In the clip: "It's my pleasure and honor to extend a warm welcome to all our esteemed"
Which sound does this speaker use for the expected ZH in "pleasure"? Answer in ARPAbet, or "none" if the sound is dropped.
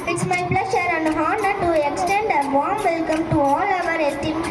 SH